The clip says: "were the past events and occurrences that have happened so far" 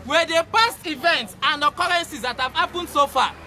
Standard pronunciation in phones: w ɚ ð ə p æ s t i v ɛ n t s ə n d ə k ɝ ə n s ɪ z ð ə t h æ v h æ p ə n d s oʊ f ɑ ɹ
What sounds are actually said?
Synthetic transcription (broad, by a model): w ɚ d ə p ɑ s t i v ɛ n t s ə n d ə k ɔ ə n s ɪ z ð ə t h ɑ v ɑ p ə n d s oʊ f ɑ